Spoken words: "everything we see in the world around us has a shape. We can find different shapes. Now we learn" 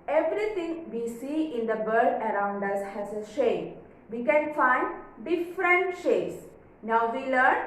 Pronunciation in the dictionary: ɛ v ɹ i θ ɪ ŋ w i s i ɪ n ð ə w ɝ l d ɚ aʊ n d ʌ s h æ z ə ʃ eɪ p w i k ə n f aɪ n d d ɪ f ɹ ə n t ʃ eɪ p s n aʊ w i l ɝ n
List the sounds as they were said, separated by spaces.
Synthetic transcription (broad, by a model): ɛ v ɹ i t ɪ ŋ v i s i ɪ n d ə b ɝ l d ɚ aʊ n d ʌ s h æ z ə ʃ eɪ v i k ə n f aɪ n d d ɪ f ɹ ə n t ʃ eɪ s n aʊ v i l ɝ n